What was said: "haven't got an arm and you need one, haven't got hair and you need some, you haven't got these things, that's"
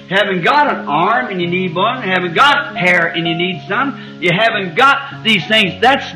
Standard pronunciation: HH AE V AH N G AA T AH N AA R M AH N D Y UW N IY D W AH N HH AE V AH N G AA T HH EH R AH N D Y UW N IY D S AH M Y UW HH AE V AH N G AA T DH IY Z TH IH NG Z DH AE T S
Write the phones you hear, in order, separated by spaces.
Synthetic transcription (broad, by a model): HH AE V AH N G AA T AH N AA R M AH N Y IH N IY D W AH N HH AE V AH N G AA T HH EH R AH N Y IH N IY D S AH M Y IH HH AE V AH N G AA T DH IY Z TH IH NG Z DH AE T S